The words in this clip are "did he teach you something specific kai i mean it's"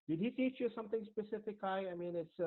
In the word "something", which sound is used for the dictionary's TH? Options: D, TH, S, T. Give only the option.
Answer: T